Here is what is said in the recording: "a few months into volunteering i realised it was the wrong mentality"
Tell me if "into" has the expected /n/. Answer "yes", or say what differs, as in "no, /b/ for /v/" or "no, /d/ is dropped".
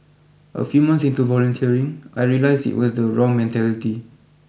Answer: yes